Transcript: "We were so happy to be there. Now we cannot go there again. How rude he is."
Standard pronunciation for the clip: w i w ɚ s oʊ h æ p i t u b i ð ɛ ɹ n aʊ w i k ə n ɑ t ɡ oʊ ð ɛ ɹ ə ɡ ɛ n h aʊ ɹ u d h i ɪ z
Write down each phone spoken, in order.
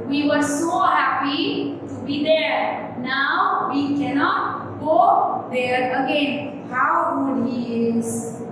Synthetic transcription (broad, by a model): w i w ɚ s oʊ h æ p i t u b i ð ɛ ɹ n aʊ w i k ə n ɑ t ɡ oʊ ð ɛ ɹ ə ɡ ɛ n h aʊ w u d h i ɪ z